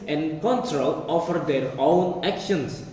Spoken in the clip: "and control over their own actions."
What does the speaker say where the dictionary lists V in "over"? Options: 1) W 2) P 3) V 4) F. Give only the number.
4